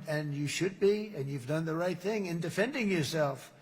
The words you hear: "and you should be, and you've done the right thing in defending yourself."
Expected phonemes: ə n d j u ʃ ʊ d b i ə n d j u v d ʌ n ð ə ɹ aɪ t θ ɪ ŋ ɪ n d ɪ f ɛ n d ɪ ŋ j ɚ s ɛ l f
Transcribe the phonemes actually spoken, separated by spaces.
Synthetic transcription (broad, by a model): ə n j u ʃ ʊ d b i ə n j u v d ʌ n ð ə ɹ aɪ t θ ɪ ŋ ɪ n d ɪ f ɛ n d ɪ ŋ j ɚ s ɛ l f